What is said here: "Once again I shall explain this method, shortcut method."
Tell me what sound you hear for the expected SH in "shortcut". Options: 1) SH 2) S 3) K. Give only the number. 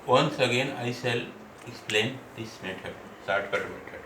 2